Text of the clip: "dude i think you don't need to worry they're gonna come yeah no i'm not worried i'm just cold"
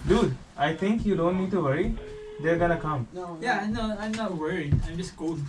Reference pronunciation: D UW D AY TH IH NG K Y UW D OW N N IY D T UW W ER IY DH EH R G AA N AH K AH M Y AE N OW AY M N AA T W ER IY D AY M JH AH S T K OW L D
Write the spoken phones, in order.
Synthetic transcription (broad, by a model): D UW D AY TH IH NG K Y UW D OW N N IY D T UW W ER IY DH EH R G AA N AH K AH M Y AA N OW AY M N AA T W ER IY AY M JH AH S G OW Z